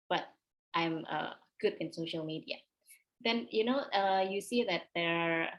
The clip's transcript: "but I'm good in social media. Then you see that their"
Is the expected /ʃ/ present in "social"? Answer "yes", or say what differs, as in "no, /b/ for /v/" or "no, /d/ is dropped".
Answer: yes